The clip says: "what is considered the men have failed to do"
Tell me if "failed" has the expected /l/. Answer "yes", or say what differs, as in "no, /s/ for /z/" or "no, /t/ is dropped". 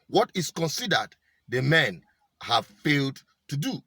yes